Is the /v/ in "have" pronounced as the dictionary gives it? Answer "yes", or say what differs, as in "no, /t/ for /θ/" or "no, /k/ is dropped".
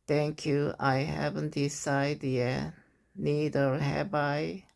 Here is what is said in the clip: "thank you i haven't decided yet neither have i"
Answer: no, /b/ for /v/